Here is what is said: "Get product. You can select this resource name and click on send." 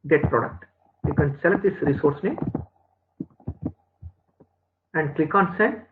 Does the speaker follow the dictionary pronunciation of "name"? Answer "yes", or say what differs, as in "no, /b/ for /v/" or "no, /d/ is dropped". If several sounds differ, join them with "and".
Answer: no, /m/ is dropped